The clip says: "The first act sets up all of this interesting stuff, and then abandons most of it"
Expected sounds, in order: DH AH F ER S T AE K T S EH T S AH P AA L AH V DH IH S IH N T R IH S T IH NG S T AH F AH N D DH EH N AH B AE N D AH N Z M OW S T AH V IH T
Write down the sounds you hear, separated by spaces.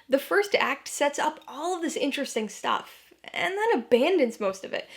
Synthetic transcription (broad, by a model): DH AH F ER S T AE K T S EH T S AH P AA L AH V DH IH S IH N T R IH S T IH NG S T AH F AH N DH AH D AH B AE N D AH N Z M OW S T AH V IH T